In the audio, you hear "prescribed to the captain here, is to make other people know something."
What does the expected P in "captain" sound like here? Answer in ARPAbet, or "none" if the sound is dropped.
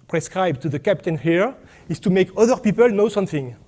P